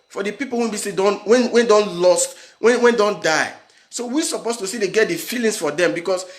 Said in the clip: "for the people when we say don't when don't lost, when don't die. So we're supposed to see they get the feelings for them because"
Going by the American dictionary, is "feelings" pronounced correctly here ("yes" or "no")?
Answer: no